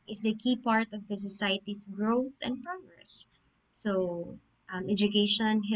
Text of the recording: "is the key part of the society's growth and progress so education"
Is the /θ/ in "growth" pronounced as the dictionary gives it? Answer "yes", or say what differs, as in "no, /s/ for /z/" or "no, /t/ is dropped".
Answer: yes